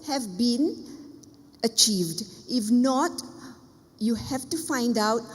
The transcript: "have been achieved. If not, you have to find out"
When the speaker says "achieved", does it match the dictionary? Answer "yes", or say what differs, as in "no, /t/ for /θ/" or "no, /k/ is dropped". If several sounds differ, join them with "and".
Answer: yes